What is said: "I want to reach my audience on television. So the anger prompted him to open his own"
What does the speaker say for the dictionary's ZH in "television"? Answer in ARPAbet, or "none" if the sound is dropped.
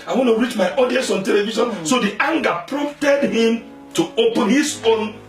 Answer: SH